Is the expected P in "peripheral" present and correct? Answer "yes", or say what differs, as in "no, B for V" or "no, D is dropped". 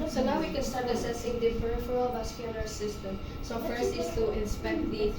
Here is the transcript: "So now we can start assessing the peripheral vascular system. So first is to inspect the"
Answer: no, F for P